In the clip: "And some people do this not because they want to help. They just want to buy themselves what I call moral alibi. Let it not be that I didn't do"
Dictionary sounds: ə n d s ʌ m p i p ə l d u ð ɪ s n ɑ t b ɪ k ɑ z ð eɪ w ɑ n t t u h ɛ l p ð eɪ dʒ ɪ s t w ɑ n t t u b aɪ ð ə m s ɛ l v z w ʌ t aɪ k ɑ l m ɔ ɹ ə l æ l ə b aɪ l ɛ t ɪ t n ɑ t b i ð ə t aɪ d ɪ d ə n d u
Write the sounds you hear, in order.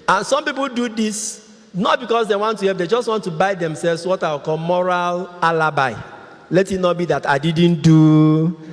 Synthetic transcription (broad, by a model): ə n s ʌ m p i p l d u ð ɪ s n ɑ t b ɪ k ɑ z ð eɪ w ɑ n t t u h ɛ p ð eɪ dʒ ɪ s t w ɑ n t t u b aɪ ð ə m s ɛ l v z w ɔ t aɪ k ɑ l m ɔ ɹ ə l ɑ l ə b aɪ l ɛ t ɪ t n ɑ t b i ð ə t aɪ d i d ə n d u